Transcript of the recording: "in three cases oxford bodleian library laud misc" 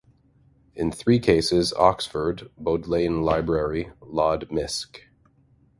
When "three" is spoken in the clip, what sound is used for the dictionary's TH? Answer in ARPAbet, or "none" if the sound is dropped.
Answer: TH